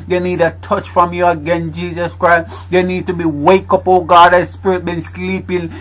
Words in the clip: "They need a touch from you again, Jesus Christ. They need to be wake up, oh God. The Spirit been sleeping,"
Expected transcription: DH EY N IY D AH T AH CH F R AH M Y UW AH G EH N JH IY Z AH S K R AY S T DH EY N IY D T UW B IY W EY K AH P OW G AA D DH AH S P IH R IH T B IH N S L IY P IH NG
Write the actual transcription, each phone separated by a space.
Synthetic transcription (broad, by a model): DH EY N IY D AH T AH CH F R AH M Y UW AH G EH N JH IY Z AH S K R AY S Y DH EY N IY D T UW B IY W EY K AH P OW G AA D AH S P IH R IH T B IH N S L IY P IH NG